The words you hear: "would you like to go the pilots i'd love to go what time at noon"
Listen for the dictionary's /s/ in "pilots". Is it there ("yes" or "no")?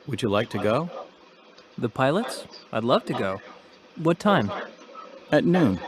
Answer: yes